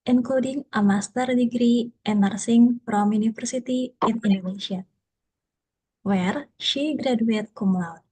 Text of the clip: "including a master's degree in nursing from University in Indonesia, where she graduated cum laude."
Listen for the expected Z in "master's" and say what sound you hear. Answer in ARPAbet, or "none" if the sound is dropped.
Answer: none